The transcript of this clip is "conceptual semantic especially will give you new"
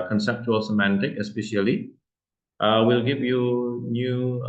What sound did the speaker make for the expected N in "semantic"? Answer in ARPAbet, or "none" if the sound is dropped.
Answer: N